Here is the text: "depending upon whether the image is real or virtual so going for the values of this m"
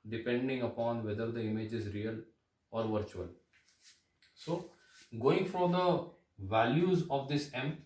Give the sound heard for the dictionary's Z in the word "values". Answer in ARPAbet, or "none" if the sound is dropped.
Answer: Z